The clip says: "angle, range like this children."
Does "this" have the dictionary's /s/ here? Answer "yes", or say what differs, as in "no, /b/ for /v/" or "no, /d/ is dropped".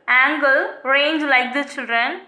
no, /s/ is dropped